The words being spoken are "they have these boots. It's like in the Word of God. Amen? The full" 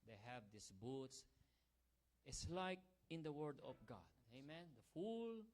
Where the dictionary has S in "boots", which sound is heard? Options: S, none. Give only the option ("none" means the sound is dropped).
S